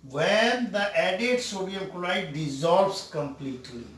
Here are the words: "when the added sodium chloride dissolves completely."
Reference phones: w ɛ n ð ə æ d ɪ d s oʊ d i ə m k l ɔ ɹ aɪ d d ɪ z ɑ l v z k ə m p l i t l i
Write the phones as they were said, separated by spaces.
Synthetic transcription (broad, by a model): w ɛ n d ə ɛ d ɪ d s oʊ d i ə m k ɔ l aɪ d d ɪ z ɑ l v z k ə m p l i t l i